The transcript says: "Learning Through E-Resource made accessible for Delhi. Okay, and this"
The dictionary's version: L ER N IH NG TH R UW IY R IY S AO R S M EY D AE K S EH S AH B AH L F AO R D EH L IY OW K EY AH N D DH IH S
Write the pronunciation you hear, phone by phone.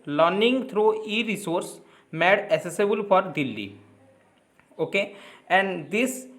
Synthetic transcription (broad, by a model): L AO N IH NG T R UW IY R IY S AO R S M EY D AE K S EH S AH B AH L F AO R D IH L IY OW K EY AH N D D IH S